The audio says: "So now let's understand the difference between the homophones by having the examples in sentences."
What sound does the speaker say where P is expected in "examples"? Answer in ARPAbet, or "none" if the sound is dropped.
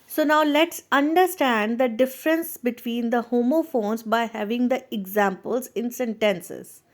P